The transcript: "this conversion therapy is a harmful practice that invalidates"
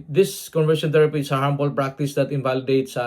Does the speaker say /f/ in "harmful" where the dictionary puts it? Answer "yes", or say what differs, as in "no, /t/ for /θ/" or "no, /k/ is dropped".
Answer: no, /p/ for /f/